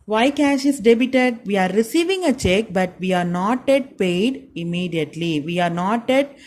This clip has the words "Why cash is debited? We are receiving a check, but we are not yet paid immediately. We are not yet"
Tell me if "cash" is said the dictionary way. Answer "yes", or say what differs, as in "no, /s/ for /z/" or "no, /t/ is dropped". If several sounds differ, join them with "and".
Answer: yes